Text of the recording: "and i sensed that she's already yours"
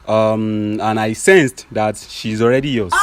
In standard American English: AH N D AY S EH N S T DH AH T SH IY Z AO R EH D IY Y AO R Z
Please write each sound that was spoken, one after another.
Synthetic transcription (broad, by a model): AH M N AY S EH N S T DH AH T SH IY Z AO R EH D IY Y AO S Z